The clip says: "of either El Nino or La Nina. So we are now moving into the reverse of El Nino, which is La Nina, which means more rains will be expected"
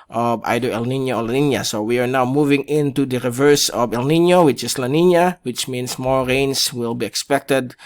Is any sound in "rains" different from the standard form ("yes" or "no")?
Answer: yes